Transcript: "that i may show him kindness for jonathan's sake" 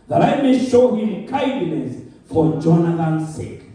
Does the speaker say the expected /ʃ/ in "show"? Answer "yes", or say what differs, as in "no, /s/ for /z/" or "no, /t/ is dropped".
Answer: yes